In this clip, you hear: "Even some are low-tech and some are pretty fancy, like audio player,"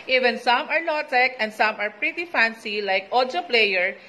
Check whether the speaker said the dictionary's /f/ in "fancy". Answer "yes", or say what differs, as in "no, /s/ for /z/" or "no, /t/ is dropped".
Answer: yes